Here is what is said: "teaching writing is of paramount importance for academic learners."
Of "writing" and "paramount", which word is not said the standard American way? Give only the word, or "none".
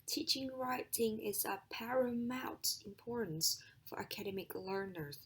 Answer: paramount